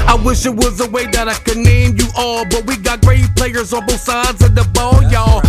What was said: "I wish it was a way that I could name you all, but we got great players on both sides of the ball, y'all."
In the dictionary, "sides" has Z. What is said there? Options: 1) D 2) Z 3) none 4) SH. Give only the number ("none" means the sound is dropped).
2